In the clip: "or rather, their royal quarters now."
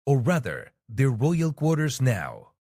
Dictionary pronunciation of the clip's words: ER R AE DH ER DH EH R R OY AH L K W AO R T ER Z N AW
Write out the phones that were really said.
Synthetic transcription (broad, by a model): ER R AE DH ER DH EH R R OY AH L K W AO R T ER Z N AW